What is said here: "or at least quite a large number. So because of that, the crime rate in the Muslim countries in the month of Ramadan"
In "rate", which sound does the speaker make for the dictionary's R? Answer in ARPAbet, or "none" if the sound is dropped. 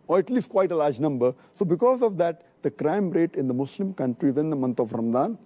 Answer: R